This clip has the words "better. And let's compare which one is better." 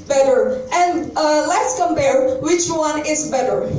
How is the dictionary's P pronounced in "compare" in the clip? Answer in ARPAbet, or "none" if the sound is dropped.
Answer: B